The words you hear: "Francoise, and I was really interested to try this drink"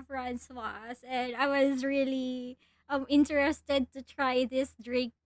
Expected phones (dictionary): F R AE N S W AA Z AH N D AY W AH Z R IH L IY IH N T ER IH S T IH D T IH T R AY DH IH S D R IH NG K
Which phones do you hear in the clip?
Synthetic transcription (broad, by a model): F R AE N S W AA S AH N AY W AH Z R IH L IY IH N T ER IH S T IH D T IH T R AY DH IH S D R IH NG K